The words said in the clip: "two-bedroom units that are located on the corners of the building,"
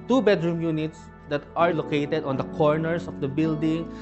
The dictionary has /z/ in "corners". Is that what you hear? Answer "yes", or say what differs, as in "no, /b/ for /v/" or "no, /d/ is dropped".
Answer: no, /s/ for /z/